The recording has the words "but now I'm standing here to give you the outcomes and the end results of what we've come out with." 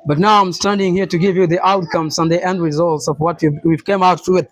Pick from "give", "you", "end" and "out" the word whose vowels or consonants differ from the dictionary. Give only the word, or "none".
none